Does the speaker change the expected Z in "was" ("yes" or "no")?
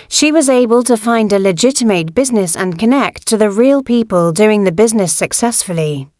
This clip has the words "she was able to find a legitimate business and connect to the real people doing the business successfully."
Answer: no